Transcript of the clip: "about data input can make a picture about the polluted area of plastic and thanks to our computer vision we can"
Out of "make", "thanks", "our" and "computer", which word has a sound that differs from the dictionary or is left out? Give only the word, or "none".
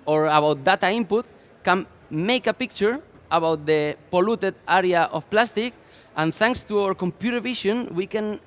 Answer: none